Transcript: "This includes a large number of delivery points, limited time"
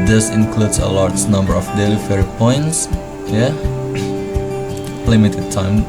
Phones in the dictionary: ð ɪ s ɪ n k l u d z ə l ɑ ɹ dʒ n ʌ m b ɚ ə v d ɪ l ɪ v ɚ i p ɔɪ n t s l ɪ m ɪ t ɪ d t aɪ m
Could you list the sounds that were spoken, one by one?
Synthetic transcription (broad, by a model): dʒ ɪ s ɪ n k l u d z ə l ɑ ɹ dʒ n ʌ m b ɚ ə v d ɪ l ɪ f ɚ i p ɔɪ n t s l ɪ m ɪ t ɪ d t aɪ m